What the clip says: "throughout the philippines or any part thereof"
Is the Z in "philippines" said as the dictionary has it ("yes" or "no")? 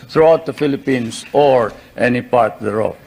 no